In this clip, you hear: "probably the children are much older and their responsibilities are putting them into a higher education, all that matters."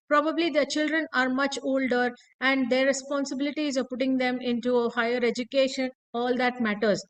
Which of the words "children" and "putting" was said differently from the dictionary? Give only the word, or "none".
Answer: none